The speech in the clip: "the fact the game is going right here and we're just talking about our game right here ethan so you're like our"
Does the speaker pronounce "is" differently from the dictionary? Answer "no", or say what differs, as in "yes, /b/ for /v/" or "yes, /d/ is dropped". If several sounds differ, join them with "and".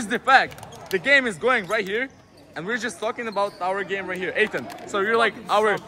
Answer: no